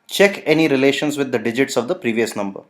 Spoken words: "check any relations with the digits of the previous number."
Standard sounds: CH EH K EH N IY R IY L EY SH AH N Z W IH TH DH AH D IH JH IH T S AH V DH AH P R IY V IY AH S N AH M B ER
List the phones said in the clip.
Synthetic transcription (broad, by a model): CH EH K EH N IY R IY L EY SH AH N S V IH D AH D IH JH IH T S AH V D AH P R IY V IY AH S N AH M B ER